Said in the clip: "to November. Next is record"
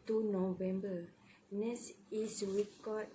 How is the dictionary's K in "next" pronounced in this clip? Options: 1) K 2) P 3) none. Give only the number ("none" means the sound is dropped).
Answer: 3